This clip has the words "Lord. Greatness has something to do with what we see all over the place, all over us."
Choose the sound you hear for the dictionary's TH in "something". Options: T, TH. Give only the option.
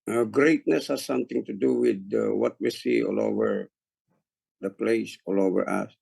T